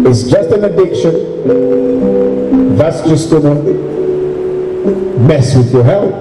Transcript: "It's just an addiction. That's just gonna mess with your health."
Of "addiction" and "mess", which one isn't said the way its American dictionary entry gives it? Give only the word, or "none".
none